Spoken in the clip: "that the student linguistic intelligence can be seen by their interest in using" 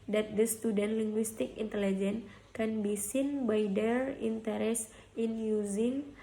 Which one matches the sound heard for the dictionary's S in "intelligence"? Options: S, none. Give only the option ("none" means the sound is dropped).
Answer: none